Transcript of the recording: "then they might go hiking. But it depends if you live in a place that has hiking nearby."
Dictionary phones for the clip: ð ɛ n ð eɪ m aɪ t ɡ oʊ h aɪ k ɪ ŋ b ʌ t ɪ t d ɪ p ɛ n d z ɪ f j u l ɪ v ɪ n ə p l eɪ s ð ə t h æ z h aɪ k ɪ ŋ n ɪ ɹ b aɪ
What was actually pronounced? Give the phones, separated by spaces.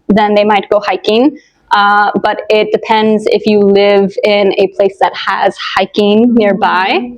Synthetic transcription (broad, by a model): ð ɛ n ð eɪ m aɪ t ɡ oʊ h aɪ k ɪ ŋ b ʌ t ɪ t d ɪ p ɛ n d z ɪ f j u l ɪ v ɪ n ə p l eɪ s ð ə t h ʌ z h aɪ k ɪ ŋ n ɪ ɹ b aɪ